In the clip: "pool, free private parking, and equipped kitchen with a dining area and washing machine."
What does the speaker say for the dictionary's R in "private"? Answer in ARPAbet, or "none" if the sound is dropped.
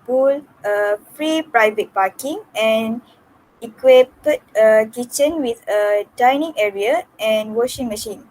R